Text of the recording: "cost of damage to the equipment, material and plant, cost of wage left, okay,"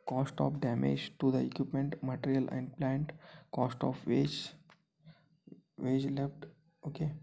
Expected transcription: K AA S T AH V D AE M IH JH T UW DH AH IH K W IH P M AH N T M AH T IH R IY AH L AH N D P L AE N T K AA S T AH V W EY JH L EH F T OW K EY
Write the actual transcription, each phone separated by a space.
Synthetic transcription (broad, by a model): K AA S T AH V D AE M IH JH T UW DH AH IH K W IH P M AH N T M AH T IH R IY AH L AH N D P L AE N T K AA S T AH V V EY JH L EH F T OW K EY